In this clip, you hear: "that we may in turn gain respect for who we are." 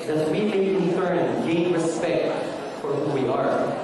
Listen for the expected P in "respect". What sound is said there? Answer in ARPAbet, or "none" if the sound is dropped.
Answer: P